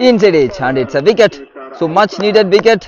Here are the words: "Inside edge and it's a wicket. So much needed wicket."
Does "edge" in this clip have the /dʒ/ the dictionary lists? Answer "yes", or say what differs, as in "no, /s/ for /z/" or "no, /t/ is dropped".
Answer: no, /tʃ/ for /dʒ/